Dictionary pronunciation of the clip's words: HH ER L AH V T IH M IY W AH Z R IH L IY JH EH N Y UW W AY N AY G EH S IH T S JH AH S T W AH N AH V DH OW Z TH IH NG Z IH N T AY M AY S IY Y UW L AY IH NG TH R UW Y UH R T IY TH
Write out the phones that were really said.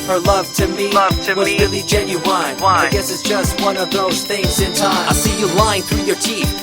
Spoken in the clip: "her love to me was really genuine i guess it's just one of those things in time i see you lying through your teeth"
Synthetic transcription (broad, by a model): HH ER L AH V T IH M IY W AH Z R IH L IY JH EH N Y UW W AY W AY G EH S IH T S JH AH S T W AH N AH V DH OW Z TH IH NG Z IH N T AY AY S IY Y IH L AY IH NG TH R UW Y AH R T IY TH